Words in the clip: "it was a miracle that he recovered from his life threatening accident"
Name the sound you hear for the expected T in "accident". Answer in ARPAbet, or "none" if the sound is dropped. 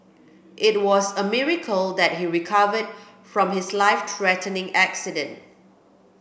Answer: T